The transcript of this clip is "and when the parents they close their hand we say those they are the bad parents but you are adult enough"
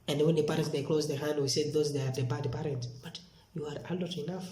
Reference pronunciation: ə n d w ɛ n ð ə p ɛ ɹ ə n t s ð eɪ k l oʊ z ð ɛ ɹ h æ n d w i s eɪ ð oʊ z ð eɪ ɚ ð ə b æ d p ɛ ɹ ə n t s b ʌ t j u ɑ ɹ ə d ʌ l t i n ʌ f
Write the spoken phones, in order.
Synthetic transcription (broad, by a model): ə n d w ɛ n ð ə p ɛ ɹ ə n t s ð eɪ k l oʊ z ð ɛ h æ n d w i s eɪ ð oʊ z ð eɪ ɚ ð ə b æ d p ɛ ɹ ə n t s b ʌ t j u ɑ ɹ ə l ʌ t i n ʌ f